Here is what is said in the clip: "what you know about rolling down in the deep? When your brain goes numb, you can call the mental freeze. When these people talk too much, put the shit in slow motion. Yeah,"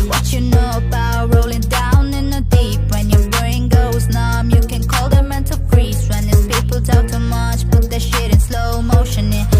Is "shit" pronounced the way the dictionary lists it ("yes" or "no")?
yes